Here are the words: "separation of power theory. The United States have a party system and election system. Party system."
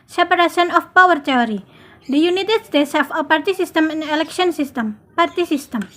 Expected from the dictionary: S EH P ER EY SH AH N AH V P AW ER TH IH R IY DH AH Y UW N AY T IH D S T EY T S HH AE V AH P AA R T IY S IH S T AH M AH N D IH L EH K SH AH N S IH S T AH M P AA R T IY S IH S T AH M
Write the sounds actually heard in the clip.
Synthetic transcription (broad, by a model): S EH P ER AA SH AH N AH F P AW ER T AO R IY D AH Y UW N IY T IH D S T EY T S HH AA F AH P AA R T IY S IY S T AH M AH N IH L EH K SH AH N S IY S T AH M P AA R T IY S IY S T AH M